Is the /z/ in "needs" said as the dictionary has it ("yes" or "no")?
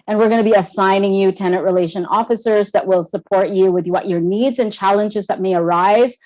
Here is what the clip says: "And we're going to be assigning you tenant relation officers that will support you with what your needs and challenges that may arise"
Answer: yes